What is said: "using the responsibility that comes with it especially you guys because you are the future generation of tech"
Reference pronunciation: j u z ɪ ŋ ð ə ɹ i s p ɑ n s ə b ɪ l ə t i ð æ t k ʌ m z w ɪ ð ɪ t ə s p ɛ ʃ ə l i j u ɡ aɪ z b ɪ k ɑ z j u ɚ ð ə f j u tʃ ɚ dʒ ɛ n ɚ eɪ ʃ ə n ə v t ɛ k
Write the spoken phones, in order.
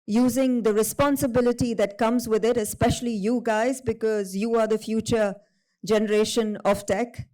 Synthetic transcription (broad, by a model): j u z ɪ ŋ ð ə ɹ i s p ɑ n s ə b ɪ l ə t i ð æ t k ʌ m z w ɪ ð ɪ t ə s p ɛ ʃ ə l i j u ɡ aɪ z b ɪ k ɑ z j u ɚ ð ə f j u tʃ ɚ dʒ ɛ n ɚ eɪ ʃ ə n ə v t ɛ k